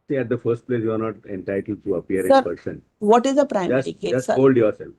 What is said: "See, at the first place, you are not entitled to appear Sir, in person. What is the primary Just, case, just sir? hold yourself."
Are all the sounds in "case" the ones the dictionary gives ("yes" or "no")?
no